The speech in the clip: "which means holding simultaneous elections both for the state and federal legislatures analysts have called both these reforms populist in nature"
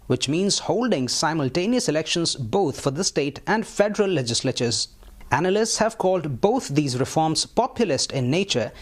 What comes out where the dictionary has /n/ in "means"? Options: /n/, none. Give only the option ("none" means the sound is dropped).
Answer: /n/